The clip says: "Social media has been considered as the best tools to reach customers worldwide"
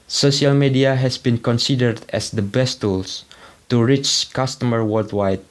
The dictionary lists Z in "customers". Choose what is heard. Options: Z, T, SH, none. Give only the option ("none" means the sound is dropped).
none